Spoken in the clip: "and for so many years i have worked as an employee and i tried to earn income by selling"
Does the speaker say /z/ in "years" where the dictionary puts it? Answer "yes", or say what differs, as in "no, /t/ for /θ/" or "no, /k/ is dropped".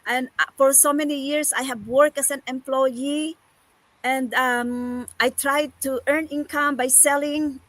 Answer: no, /s/ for /z/